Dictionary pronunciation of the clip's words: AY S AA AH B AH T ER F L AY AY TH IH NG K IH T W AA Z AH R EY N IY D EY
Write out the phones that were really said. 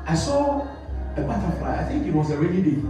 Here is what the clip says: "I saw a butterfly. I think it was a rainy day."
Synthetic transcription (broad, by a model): AY S AA AH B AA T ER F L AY AY TH IH NG K IH T W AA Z AH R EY L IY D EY